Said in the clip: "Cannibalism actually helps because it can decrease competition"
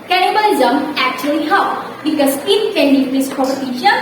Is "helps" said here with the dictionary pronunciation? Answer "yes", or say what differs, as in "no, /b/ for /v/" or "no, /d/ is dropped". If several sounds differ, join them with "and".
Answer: no, /s/ is dropped